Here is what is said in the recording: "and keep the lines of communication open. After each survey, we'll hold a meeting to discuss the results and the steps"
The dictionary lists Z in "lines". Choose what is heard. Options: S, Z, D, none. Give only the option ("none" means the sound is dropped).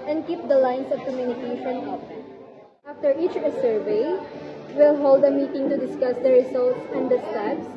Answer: S